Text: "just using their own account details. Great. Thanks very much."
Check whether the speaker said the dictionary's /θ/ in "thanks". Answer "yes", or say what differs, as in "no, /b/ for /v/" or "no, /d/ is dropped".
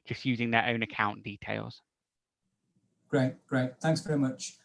yes